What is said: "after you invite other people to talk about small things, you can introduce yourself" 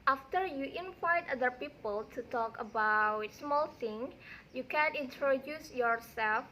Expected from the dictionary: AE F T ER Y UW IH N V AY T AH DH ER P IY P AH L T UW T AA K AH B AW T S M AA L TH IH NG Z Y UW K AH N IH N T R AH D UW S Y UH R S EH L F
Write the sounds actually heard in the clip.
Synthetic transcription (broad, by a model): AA F T ER Y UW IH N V AY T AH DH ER P IY P AH L T UW T AA K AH B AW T S M AA L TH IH NG Y UW K AH N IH N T R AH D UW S Y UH R S EH L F